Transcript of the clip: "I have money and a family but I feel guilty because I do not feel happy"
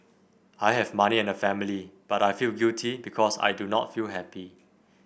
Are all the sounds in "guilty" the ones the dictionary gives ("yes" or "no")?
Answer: no